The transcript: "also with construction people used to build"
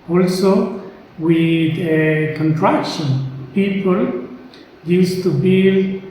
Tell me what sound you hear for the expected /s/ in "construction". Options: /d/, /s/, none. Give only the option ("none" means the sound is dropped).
none